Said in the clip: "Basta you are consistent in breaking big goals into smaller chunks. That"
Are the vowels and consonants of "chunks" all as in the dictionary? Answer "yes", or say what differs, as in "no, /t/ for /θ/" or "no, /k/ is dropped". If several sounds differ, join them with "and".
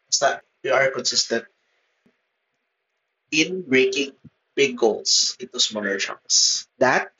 no, /ŋ/ is dropped